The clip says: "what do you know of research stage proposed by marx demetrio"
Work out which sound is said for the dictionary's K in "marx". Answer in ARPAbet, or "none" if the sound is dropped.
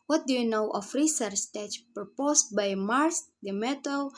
none